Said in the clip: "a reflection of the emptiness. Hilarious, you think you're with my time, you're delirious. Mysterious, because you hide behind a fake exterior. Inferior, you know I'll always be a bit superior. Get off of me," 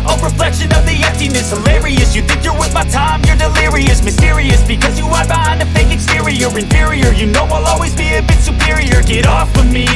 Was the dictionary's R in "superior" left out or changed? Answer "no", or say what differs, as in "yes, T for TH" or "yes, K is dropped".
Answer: no